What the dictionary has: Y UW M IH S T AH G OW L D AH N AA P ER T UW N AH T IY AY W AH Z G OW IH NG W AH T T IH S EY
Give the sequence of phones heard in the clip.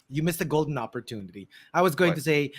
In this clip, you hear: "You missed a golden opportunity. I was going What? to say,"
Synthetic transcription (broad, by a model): Y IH M IH S AH G OW L D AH N AA P ER T UW N AH T IY AY W AH Z G OW IH NG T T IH S EY